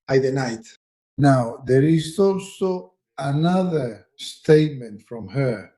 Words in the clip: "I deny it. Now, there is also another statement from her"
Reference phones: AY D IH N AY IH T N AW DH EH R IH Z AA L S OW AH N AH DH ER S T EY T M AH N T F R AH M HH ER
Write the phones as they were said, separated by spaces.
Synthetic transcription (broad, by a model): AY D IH N AY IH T N AW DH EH R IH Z AA L S OW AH N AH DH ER S T EY T M AH N T F R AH M HH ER